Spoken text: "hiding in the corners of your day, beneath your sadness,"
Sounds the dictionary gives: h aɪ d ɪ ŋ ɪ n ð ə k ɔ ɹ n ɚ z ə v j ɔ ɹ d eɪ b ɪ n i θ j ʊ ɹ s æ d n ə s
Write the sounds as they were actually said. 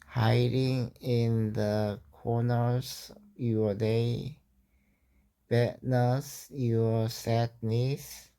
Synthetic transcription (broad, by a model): h aɪ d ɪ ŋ ɪ n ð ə k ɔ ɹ n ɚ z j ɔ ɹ d eɪ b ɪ n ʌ s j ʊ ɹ s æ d n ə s